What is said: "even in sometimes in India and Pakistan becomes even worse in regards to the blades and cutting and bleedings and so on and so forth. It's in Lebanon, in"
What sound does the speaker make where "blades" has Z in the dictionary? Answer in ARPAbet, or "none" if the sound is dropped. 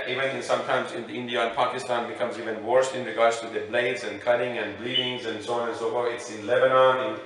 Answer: Z